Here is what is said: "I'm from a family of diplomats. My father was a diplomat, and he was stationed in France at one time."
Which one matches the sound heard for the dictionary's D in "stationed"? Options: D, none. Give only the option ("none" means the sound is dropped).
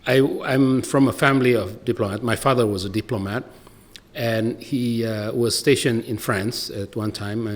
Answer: none